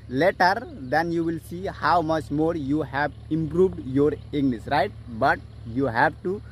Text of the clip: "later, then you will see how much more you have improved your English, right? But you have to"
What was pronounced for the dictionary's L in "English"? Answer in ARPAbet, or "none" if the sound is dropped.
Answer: N